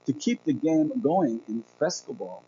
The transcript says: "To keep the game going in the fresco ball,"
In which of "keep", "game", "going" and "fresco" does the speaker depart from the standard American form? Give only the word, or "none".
fresco